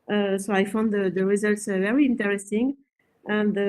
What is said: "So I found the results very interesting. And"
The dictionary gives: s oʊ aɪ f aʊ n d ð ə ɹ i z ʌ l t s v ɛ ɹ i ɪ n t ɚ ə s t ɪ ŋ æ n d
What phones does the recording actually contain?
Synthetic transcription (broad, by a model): s oʊ aɪ f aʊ n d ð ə ɹ i z ʌ l t s v ɛ ɹ i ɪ n t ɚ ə s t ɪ ŋ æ n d